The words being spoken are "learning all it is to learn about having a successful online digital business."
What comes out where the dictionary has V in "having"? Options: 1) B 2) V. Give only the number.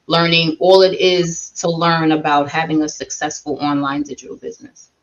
2